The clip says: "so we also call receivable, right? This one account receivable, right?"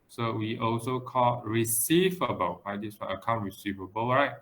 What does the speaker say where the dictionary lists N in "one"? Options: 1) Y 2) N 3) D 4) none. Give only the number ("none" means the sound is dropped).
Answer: 4